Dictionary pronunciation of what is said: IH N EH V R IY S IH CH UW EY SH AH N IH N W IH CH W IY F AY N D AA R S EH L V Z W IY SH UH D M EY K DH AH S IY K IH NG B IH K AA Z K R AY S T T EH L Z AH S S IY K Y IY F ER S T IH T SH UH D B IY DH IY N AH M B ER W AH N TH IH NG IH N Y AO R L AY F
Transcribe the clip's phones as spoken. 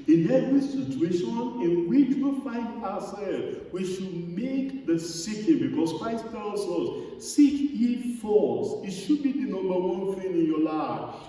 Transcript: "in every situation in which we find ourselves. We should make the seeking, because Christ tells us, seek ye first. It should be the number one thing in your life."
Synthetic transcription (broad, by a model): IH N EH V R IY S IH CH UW EY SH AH N IH N W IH CH W IY F AY N D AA S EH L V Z W IY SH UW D M EY K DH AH S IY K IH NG B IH K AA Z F AY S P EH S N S S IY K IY F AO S IH T SH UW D B IY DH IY N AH M B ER W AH N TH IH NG IH N Y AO L AY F